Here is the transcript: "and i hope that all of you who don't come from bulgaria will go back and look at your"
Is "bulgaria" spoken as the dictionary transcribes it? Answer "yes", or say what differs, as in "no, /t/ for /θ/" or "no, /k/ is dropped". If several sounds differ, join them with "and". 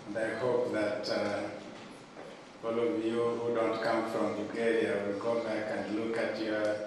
no, /l/ is dropped